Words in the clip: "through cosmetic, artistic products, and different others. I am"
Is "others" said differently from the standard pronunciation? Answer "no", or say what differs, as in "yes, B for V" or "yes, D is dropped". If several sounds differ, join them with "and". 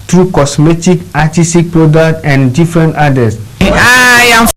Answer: yes, S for Z